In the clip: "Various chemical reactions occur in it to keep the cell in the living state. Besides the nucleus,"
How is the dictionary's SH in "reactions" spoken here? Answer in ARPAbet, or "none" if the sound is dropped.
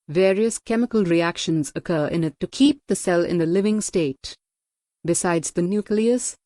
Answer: SH